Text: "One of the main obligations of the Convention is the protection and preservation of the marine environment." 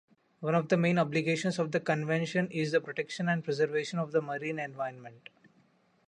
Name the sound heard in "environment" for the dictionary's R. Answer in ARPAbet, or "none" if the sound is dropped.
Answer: none